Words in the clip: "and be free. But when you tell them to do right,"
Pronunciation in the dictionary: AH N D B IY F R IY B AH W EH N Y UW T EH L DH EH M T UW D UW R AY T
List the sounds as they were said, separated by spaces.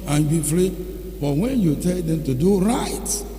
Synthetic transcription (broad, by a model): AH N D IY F L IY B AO W EH N Y UW T EH L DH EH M T UW D UW R AY T